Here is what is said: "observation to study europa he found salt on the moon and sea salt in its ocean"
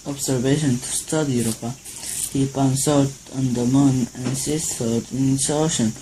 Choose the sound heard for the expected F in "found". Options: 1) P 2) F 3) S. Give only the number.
1